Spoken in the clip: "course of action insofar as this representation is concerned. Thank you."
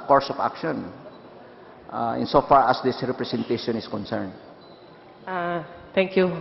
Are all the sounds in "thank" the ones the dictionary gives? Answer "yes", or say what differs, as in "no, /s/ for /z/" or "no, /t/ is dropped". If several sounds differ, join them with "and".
no, /t/ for /θ/